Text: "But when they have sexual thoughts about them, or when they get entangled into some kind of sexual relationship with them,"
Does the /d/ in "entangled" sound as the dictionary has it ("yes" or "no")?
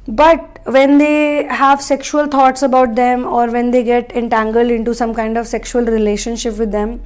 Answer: yes